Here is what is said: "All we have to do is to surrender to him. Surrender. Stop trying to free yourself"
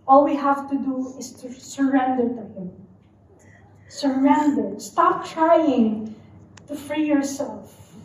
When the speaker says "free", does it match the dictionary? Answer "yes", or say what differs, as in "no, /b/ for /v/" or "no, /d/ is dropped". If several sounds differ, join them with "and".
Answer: yes